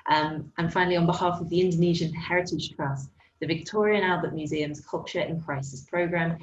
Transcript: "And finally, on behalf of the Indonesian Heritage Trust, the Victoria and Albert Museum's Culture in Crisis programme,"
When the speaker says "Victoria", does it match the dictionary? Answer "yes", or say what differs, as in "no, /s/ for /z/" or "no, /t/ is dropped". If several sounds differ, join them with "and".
yes